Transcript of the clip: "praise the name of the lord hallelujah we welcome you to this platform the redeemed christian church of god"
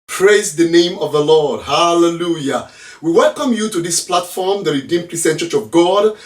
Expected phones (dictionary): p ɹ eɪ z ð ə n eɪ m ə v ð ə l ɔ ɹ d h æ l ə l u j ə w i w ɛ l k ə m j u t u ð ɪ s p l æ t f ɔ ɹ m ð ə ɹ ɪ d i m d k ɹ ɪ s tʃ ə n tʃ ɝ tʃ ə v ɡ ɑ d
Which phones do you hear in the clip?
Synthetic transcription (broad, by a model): p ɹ eɪ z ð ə n eɪ m ə v ð ə l ɔ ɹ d h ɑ l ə l u j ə w i w ɛ l k ə m j u t u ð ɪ s p l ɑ t f ɔ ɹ m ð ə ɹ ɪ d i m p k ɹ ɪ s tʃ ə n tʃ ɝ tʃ ə v ɡ ɑ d